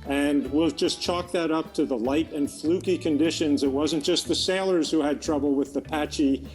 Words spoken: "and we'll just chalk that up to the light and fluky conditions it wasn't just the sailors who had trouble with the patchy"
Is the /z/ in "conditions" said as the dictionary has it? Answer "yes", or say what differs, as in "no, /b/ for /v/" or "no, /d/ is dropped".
yes